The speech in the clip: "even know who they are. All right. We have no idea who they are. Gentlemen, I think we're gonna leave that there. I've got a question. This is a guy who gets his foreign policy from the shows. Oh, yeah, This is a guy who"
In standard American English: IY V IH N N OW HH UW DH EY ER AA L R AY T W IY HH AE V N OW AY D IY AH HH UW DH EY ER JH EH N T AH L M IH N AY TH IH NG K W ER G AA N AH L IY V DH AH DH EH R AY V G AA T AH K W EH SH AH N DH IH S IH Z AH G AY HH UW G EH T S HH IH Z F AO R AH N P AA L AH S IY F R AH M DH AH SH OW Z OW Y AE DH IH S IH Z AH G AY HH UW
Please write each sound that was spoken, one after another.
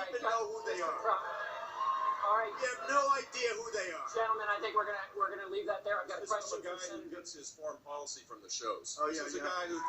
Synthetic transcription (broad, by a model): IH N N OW HH UW DH EY ER AA L R AY T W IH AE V N OW AY D IY AH HH UW DH EY ER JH EH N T L M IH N AY TH IH NG K W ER G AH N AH W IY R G AH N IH L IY V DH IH T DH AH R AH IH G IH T AH G AY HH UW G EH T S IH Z F AO R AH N P AA L AH S IY F R AH M DH AH SH OW Z OW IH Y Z AH G AY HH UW